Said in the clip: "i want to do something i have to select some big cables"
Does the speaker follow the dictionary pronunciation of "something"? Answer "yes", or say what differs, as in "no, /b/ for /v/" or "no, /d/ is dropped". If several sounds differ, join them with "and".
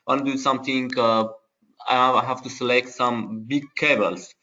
no, /t/ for /θ/